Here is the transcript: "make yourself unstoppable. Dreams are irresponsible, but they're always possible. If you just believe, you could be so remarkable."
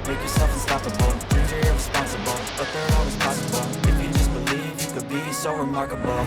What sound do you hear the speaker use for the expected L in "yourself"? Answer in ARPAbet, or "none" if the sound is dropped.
none